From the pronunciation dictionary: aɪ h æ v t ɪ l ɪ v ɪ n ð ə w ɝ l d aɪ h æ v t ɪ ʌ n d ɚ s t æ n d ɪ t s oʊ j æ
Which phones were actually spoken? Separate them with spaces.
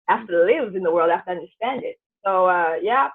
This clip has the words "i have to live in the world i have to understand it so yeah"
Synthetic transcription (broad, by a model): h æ f t ɪ l ɪ v ɪ n ð ə w ɝ l d h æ f t ɪ ʌ n d ɚ s t æ n d ɪ t s oʊ j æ